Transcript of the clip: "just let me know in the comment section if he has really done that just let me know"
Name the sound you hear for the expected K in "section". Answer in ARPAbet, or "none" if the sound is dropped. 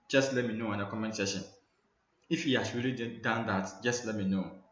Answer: none